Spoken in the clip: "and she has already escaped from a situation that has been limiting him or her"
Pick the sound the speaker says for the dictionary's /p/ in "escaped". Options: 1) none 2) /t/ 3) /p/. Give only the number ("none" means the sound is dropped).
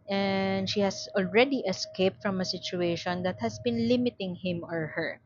3